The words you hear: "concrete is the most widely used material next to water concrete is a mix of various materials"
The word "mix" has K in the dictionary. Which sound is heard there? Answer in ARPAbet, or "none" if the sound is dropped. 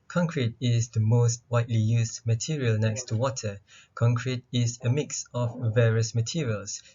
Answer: K